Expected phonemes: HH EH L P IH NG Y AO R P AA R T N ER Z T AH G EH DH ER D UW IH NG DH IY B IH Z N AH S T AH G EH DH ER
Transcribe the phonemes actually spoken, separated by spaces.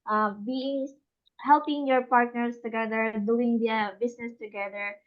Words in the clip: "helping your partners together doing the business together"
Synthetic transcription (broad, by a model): HH EH L P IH NG Y AO R P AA R T N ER S T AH G EH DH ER D UW IH NG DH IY B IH S N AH S T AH G EH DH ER